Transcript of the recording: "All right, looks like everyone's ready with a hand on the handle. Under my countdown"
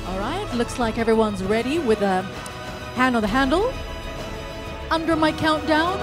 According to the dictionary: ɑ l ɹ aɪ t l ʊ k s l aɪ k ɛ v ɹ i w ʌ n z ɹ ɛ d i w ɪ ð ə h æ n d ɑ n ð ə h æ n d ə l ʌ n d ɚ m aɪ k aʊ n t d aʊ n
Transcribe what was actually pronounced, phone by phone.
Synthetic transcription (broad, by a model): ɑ l ɹ aɪ t l ʊ k s l aɪ k ɛ v ɹ i w ʌ n z ɹ ɛ d i w ɪ ð ə h æ n d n ð ə h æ n d l ʌ n d ɚ m aɪ k aʊ n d aʊ n